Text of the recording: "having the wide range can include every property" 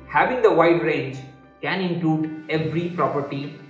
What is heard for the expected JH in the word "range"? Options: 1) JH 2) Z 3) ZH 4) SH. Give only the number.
1